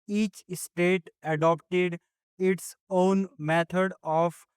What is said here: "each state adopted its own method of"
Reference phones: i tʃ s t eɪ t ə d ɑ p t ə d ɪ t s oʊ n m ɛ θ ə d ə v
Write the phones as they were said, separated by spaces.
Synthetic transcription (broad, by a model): i tʃ s t eɪ t ə d ɑ p t ə d ɪ t s oʊ n m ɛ t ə d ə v